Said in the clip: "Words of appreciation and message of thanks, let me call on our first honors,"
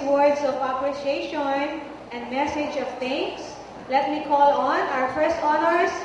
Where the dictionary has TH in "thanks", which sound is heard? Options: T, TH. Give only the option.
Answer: T